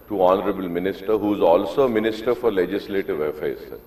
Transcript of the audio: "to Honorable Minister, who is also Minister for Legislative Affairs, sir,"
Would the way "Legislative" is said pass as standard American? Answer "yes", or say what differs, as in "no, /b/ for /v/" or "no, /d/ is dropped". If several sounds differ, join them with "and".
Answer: yes